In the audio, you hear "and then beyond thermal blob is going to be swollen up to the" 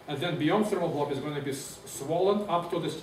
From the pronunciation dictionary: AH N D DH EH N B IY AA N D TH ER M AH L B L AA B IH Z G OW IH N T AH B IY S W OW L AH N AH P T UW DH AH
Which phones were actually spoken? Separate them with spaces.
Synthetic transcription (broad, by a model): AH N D DH EH N B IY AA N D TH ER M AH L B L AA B IH Z G OW IH N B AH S S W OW L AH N AH P T UW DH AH